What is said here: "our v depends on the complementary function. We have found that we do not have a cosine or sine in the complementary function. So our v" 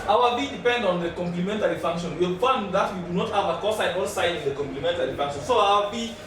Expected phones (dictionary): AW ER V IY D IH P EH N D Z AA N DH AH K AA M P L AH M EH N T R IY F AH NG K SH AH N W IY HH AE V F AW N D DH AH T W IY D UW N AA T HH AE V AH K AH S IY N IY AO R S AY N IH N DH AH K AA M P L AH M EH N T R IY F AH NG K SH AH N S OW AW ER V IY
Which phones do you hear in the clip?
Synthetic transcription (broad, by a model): AW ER B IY D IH P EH N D AA N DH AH K AA M P L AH M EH N T R IY F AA NG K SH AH N W IY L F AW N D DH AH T W IY D UW N AA T HH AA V AH K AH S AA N AO L S AY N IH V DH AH K AA M P L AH M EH N T R IY F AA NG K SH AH N S OW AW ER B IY